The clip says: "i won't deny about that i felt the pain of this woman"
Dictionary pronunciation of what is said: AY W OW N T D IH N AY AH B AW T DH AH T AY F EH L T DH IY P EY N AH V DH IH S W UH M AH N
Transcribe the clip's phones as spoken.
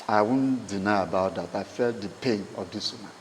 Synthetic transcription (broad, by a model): AY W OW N D IH N AY AH B AW T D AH T AY F EH L T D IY P EY N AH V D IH S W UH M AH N